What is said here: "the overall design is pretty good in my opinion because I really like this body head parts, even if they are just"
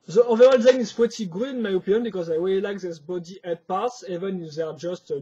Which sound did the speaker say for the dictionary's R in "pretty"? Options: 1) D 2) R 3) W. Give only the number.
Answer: 3